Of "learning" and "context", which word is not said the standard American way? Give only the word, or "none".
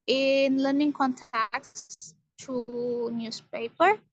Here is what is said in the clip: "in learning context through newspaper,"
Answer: context